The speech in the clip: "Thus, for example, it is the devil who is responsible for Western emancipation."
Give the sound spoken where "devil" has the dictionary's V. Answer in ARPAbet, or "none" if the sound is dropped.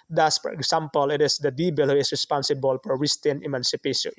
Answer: B